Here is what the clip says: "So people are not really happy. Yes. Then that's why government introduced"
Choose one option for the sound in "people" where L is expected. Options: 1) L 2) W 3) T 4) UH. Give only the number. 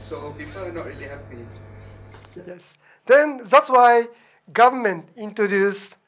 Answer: 2